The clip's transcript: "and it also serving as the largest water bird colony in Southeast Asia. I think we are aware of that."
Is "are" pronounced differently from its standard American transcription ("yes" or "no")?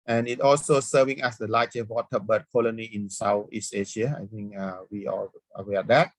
yes